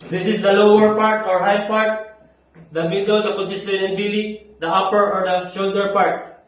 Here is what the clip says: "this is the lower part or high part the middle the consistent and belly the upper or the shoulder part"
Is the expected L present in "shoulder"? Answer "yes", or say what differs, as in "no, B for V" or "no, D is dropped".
yes